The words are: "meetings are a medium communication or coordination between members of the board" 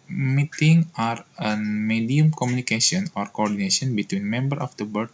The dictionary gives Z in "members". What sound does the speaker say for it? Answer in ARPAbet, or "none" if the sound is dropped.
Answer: none